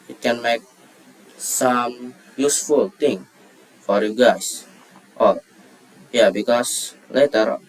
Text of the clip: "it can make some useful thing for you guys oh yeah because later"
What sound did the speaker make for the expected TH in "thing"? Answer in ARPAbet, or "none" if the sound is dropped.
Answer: T